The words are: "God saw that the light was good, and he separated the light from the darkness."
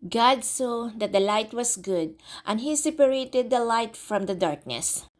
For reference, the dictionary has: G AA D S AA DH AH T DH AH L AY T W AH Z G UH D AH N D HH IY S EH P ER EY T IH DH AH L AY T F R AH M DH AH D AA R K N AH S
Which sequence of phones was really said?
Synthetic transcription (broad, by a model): G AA D S AA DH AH T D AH L AY T W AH S G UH D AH N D HH IY S EH P ER EY T IH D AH L AY T F R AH M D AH D AA R K N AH S